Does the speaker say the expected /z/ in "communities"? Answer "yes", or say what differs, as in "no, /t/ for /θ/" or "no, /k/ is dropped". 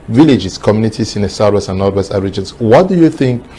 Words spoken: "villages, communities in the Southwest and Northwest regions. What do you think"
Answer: no, /s/ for /z/